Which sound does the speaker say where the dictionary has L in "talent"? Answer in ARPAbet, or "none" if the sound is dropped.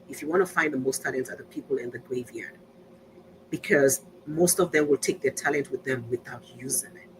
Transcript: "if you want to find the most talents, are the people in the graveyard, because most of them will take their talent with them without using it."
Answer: L